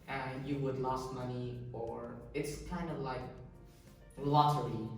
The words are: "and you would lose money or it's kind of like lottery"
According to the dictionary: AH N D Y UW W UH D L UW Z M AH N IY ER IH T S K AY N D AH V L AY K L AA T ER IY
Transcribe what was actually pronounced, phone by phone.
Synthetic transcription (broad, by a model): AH N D Y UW W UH D L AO S M AH N IY ER IH T S K AY N D AH V L AY K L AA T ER IY